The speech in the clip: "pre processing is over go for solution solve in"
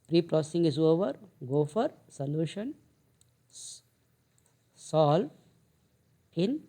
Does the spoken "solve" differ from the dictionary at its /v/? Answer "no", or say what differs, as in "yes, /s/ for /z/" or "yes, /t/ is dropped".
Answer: yes, /v/ is dropped